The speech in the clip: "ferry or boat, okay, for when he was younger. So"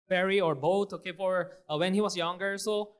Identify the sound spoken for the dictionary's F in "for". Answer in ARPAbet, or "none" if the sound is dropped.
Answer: P